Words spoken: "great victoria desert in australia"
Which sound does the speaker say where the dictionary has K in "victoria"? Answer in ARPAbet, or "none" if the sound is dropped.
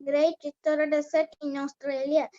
none